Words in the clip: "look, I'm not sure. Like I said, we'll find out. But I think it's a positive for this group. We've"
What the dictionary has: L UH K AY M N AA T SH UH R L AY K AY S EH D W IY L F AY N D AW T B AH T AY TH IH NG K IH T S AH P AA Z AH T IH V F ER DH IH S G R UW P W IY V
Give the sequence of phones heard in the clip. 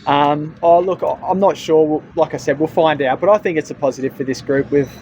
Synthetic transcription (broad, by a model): L UH K AY M N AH T SH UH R L AY K AY S EH D W IY L F AY N D AW T B AH T AY TH IH NG K IH T S AH P AA Z AH T IH V F ER DH IH S G R UW P W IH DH